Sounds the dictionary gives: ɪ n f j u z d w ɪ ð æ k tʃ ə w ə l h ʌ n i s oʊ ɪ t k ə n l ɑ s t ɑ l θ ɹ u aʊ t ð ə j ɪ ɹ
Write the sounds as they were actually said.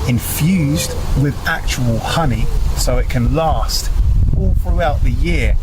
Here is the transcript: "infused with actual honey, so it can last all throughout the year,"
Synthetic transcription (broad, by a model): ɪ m f j u z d w ɪ ð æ k tʃ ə w ə l h ʌ n i s oʊ ɪ t k ə n l ɑ s t ɑ l θ ɹ u aʊ t ð ə j ɪ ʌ